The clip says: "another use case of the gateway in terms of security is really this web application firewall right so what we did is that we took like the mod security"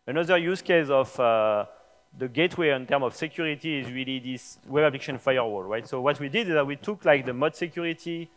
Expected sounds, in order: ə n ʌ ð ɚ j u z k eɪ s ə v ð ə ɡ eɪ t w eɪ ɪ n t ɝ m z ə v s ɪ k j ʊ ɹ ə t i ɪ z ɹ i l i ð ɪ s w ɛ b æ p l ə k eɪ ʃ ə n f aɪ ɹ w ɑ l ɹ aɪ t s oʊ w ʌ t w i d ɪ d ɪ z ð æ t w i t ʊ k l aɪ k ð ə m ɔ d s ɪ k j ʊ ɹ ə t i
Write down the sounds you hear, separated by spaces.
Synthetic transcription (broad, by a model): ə n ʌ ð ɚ j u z k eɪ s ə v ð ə ɡ eɪ t w eɪ ɪ n t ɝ m ə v s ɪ k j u ɹ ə t i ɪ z ɹ i l i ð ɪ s w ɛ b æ p l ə k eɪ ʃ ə n f aɪ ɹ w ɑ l ɹ aɪ t s oʊ w ʌ t w i d ɪ d ɪ z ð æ t w i t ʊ k l aɪ k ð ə m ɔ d s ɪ k j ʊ ɹ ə t i